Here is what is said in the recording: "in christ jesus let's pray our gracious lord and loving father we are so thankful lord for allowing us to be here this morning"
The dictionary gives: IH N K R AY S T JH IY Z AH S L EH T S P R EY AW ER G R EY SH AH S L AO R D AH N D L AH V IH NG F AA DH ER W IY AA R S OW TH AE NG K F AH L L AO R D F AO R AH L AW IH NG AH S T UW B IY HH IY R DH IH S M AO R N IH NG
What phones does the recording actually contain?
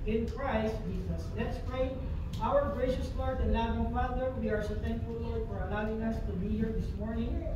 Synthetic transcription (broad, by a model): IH N K R AY S T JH IY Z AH S L EH T S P R EY AW ER G R EY SH AH S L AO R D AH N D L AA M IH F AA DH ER W IY AA R S OW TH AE NG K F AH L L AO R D F AO R AH L AW IH NG AH S T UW B IY HH IY R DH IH S M AO R N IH NG